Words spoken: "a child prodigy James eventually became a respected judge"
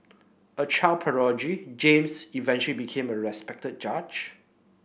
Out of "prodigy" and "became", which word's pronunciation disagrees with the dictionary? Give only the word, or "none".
prodigy